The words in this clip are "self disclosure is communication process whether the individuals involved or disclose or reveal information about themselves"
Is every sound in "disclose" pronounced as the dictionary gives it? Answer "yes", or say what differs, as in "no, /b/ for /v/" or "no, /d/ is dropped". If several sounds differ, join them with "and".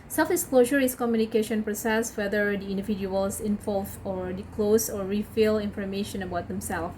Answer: no, /s/ is dropped